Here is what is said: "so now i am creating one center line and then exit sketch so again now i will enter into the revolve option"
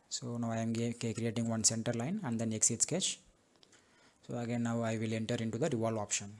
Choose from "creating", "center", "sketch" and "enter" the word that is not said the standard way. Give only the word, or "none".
none